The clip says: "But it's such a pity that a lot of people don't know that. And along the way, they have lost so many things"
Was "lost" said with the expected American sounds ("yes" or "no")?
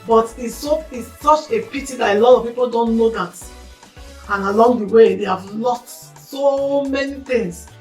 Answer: no